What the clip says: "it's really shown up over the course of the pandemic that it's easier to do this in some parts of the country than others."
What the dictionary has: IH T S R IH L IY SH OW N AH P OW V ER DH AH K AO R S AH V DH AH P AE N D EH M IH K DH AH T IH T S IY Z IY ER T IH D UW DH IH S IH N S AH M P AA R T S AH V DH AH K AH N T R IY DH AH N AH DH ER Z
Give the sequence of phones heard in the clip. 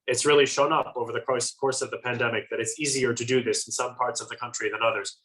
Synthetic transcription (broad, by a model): IH T S R IH L IY SH OW N AH P OW V ER DH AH K AO R S AH V DH AH P AE N D EH M IH K DH AH T IH T S IY Z IY ER T IH D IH DH IH S N S AH M P AA R T S AH V DH AH K AH N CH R IY DH AH N AH DH ER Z